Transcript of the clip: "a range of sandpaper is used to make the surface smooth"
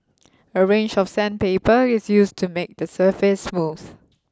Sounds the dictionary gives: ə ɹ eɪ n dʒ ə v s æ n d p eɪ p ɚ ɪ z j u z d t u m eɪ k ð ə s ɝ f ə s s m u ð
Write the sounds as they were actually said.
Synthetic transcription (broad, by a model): ə ɹ eɪ n dʒ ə f s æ n p eɪ p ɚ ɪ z j u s t u m eɪ k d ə s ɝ f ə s s m u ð